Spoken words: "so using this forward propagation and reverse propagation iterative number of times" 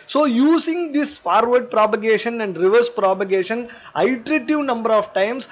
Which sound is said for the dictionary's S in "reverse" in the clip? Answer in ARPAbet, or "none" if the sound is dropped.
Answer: S